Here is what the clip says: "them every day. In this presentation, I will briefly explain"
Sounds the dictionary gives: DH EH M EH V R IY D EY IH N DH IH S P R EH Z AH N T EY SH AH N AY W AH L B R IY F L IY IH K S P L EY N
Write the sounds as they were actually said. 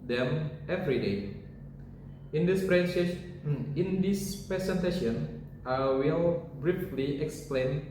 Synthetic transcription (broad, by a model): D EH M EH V R IY D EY IH N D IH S P R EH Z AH N T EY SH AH N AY W AH L B R IY F L IY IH K S P L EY N